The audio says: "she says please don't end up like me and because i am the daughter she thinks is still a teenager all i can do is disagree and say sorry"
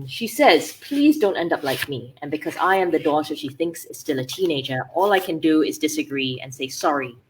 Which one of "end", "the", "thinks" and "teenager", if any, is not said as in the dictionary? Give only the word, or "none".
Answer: none